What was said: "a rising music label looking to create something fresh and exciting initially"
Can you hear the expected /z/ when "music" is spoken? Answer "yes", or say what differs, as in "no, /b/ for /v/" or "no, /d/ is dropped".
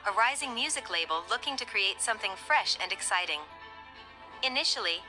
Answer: yes